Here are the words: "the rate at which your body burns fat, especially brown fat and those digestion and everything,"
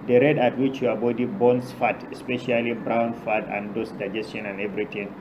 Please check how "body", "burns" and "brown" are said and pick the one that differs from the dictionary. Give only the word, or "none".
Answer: burns